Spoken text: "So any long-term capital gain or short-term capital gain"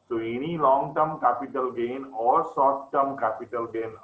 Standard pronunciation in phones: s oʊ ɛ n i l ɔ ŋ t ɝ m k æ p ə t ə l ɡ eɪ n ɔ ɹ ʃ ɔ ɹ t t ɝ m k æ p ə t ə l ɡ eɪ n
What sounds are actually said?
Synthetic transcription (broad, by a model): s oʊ ɛ n i l ɔ ŋ t ɝ m k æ p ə t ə l ɡ eɪ n ɔ ɹ s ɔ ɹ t t ɝ m k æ p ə t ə l ɡ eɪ n